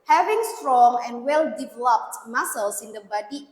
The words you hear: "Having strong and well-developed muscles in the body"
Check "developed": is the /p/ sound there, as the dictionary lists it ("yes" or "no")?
yes